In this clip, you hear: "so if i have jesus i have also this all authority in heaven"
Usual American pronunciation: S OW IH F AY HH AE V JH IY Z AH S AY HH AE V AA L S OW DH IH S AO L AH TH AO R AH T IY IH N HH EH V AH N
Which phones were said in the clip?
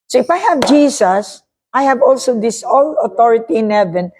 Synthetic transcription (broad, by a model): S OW IH F AY HH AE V JH IY S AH S AY HH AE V AA L S OW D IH S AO L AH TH AO R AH T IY IH N HH EH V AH N